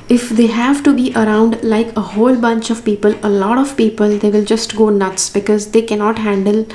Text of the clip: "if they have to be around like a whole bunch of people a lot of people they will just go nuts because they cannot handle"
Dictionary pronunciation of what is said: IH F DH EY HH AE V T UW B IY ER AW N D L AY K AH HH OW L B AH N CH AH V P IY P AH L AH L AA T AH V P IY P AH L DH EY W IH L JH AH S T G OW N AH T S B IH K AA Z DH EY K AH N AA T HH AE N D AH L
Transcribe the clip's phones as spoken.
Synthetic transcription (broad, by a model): IH F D EY HH AE V T UW B IY ER AW N D L AY K AH HH OW L B AH N CH AH V P IY P AH L AH L AA T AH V P IY P AH L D EY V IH L JH AH S T G OW N AH T S B IH K AA Z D EY K AH N AA T HH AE N D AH L